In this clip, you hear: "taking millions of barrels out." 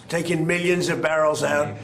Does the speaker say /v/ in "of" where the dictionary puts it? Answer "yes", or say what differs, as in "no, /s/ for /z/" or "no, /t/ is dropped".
yes